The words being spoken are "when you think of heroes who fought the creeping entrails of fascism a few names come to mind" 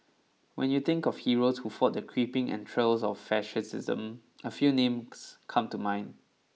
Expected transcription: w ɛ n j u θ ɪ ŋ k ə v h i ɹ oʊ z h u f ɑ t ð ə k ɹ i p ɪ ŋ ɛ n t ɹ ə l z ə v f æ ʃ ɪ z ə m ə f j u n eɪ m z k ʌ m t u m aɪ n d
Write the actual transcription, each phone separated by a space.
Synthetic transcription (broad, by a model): w ɛ n j u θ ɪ ŋ k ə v h i ɹ oʊ s h u f ɑ t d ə k ɹ i p ɪ ŋ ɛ n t ɹ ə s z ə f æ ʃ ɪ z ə m ə f j u n eɪ m s k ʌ m t u m aɪ n